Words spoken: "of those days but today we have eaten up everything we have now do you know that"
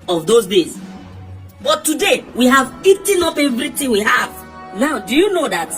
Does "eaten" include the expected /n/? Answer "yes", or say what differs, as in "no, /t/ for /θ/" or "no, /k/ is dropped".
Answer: yes